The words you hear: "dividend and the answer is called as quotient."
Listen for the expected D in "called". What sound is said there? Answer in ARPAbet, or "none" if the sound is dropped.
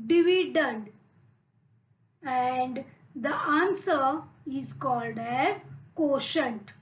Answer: D